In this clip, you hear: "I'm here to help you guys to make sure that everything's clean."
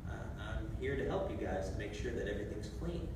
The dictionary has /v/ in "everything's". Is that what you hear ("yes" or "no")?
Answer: yes